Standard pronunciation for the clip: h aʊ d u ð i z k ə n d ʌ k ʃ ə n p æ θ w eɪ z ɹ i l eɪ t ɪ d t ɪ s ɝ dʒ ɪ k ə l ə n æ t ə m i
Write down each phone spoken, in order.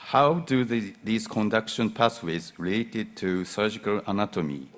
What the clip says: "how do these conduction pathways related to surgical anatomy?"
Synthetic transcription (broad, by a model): h aʊ d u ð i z k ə n d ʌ k ʃ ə n p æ s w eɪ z ɹ i l eɪ t ɪ d t ɪ s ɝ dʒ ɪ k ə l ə n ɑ t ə m i